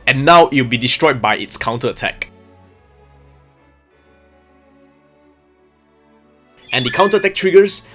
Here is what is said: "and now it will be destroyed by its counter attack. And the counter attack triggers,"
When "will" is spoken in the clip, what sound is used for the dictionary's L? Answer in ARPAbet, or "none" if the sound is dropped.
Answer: W